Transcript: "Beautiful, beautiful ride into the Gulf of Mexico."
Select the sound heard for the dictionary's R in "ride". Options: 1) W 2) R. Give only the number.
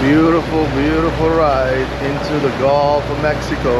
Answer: 2